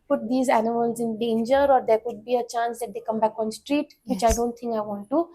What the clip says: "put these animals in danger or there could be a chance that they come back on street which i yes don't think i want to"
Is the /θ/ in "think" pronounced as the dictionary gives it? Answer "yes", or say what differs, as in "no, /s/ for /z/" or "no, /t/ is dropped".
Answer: no, /t/ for /θ/